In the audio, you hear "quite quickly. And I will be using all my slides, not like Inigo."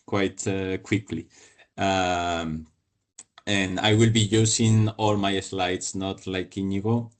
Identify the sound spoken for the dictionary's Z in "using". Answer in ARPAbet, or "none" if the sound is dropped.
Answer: S